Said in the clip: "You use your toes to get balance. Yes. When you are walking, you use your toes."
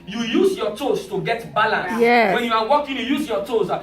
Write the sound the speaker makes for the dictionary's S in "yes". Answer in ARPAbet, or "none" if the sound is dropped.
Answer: none